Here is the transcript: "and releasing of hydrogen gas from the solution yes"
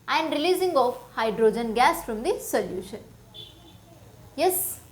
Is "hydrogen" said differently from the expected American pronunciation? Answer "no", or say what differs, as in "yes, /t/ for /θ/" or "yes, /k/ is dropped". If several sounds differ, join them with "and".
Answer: no